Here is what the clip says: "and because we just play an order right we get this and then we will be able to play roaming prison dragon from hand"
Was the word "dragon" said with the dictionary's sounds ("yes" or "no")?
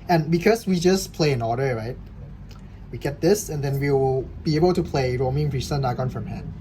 no